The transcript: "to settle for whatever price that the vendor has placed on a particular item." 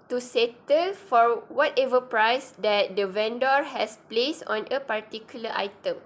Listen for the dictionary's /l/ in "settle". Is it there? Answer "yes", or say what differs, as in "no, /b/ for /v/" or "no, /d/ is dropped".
yes